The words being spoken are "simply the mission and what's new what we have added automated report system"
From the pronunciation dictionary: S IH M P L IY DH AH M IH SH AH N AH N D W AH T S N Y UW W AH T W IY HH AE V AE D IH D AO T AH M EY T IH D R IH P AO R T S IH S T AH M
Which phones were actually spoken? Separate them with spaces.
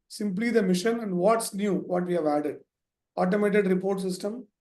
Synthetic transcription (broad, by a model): S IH M P L IY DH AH M IH SH AH N AH N D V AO T S N Y UW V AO T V IY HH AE V AE D IH D AO T AH M EY T IH D R IH P AO R T S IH S T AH M